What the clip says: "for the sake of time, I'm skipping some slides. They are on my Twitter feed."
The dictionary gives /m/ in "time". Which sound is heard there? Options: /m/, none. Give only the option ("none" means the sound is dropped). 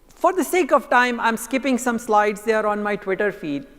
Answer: /m/